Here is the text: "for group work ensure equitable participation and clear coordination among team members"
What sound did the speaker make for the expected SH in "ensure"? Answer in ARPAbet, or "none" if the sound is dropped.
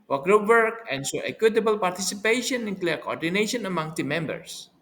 S